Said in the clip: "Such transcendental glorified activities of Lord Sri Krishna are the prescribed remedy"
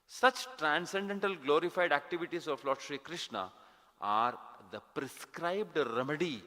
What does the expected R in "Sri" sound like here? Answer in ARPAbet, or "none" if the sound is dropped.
R